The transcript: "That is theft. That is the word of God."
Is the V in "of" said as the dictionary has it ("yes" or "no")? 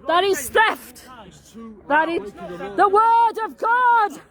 yes